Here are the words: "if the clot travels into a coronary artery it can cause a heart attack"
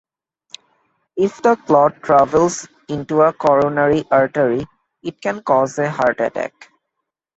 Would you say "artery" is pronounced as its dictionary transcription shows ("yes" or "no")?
yes